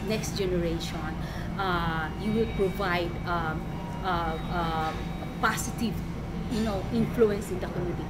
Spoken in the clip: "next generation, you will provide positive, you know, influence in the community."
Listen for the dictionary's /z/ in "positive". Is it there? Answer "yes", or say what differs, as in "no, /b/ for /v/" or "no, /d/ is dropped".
no, /s/ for /z/